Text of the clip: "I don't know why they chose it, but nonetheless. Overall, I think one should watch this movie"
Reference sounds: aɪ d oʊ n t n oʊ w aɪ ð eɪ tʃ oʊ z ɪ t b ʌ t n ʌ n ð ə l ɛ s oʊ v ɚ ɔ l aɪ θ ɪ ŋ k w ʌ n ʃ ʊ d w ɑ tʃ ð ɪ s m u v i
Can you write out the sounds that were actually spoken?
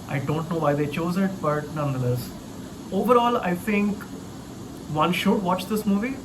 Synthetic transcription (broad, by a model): aɪ d oʊ n t n oʊ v aɪ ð eɪ tʃ oʊ z ɪ t b ʌ t n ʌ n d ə l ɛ s oʊ v ɚ ɔ l aɪ t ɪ ŋ k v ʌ n ʃ ʊ d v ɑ tʃ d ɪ s m u v i